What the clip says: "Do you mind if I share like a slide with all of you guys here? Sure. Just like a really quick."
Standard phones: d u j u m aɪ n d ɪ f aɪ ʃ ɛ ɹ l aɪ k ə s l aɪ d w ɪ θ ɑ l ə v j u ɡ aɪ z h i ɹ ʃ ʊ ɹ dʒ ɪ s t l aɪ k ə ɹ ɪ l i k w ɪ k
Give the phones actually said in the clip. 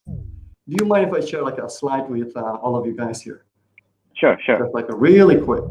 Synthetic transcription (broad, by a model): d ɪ j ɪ m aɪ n ɪ f aɪ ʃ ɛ l aɪ k ə s l aɪ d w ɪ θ ɑ l ə v j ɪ ɡ aɪ z h i ɹ ʃ ʊ ɹ ʃ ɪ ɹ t l aɪ k ə ɹ ɪ l i k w ɪ k